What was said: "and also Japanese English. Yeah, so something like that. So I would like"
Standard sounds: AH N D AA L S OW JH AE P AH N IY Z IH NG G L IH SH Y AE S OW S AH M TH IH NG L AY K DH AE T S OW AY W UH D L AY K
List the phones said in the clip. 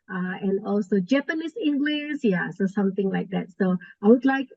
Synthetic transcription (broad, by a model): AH N D AA L S OW JH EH P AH N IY S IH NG G L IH S Y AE S OW S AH M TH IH NG L AY K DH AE T S OW AY W UH D L AY K